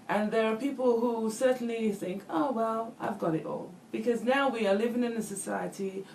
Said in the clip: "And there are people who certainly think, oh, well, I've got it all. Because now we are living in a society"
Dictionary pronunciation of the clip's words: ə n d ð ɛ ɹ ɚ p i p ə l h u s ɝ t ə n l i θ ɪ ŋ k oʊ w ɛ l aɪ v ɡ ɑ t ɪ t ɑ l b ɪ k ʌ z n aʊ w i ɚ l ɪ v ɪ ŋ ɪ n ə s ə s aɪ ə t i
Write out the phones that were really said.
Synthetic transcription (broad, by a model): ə n ð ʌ ɹ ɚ p i p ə l h u s ɝ t n l i θ ɪ ŋ k oʊ w ɛ l aɪ v ɡ ɑ t ɪ t ɑ l b ɪ k ʌ z n aʊ w i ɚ l ɪ v ɪ ŋ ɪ n ə s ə s aɪ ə t i